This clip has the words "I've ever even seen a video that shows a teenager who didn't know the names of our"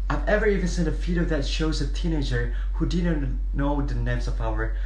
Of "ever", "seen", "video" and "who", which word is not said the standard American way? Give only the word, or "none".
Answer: video